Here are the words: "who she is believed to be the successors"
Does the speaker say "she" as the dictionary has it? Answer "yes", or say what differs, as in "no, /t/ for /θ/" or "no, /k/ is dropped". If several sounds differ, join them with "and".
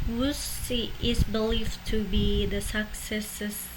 no, /s/ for /ʃ/